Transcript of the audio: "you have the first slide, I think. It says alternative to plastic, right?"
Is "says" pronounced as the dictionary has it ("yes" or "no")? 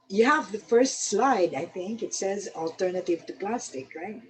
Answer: yes